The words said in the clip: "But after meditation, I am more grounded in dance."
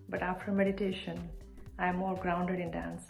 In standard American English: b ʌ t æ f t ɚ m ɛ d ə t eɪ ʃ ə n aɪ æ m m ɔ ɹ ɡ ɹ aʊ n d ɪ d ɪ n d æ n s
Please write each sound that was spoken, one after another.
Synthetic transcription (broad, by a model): b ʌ t æ f t ɚ m ɛ d ə t eɪ ʃ ə n aɪ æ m m ɔ l ɡ ɹ aʊ n d ɪ d ɪ n d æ n s